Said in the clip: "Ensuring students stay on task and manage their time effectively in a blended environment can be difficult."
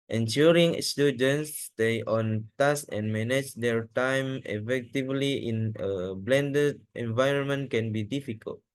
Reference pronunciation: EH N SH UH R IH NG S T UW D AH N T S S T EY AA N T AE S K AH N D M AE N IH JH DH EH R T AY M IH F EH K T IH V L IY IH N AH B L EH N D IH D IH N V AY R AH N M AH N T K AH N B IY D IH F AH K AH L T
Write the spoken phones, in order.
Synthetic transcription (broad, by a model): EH N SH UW R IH NG S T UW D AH N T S S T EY AA N T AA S AH N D M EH N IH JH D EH R T AY M IH F EH K T IH V L IY IH N AH B L EH N D IH D IH N V AY R AH N M AH N T K AH N B IY D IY F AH K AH L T